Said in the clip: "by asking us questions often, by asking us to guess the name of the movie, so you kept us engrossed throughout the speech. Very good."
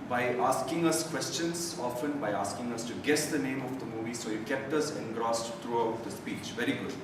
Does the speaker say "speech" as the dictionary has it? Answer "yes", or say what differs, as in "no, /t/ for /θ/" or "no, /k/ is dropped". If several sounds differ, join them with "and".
yes